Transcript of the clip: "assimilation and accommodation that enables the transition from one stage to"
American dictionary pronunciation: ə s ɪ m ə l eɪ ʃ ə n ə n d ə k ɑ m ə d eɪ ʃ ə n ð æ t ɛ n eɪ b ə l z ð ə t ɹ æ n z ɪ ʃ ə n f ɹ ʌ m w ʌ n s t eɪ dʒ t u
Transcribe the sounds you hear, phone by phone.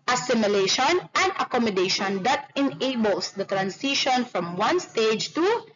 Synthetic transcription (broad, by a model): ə s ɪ m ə l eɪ ʃ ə n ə n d ə k ɑ m ə d eɪ ʃ ə n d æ t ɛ n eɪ b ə l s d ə t ɹ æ n s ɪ ʃ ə n f ɹ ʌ m w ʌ n s t eɪ dʒ t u